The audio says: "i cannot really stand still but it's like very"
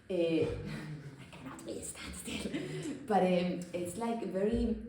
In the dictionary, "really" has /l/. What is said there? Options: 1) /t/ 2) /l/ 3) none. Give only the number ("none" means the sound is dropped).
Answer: 3